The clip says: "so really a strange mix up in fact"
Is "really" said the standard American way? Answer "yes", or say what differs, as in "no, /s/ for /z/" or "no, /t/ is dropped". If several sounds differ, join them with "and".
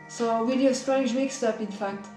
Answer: no, /w/ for /ɹ/